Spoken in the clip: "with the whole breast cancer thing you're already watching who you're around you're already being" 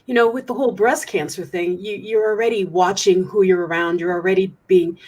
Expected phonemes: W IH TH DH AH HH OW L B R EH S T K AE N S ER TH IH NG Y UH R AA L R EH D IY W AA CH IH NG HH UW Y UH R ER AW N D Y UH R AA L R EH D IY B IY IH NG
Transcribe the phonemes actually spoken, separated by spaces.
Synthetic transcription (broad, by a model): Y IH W DH AH HH OW L B R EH S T K AE N S ER TH IH NG Y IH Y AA L R EH D IY W AA CH IH NG HH UW Y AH R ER AW N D Y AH R L R EH D IY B IY IH NG